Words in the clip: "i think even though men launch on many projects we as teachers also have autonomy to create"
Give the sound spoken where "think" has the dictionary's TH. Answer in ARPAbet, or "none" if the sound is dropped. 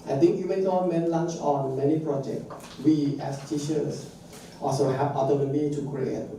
T